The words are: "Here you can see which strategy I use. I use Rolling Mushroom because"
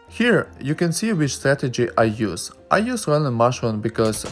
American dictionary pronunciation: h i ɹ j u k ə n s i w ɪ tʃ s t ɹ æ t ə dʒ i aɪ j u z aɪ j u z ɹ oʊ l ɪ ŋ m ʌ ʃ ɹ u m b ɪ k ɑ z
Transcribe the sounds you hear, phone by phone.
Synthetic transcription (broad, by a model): h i ɹ j u k ə n s i w ɪ tʃ s t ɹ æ t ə dʒ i aɪ j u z aɪ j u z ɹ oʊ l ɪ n m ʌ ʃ u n b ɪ k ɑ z